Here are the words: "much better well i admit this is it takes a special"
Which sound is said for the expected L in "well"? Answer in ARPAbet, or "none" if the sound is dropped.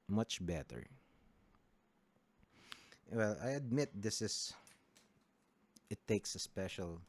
L